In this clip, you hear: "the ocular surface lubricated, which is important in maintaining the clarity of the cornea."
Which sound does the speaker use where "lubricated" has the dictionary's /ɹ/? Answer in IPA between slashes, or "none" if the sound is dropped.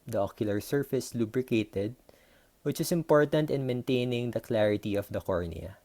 /ɹ/